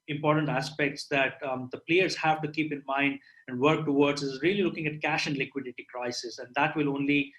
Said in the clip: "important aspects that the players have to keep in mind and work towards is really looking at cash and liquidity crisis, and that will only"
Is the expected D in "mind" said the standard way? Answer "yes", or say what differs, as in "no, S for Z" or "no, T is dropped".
yes